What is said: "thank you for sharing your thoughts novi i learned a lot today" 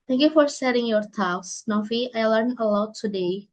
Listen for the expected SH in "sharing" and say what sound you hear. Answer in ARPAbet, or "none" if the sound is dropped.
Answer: S